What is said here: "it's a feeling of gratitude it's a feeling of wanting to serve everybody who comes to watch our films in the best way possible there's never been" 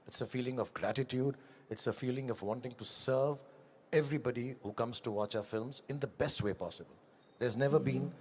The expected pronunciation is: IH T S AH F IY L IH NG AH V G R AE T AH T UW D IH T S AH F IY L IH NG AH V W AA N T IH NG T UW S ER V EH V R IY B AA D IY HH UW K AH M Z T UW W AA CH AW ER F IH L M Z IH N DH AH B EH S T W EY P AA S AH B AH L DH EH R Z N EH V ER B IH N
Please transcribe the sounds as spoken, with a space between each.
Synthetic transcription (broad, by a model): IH T S AH F IY L IH NG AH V G R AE T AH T UW D IH T S AH F IY L IH NG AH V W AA N T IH NG T UW S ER V EH V R IY B AA D IY HH UW K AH M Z T UW W AA CH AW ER F IH L M Z IH N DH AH B EH S T W EY P AA S AH B AH L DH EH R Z N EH V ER B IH N